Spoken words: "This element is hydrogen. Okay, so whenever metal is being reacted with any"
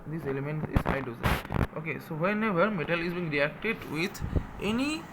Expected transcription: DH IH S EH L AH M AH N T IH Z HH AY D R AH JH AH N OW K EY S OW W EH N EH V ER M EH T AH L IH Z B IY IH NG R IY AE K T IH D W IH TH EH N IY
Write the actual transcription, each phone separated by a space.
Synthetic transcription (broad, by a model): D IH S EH L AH M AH N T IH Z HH AY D AH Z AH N OW K EY S OW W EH N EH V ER M EH T AH L IH Z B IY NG R IY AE K T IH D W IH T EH N IY